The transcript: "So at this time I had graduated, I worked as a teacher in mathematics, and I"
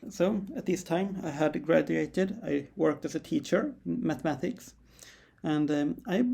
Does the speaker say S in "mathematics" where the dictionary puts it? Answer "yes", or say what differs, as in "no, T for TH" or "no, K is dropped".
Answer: yes